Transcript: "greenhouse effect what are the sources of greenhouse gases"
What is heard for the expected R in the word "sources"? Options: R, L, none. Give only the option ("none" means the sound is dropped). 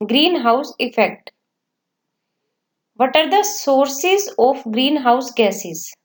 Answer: R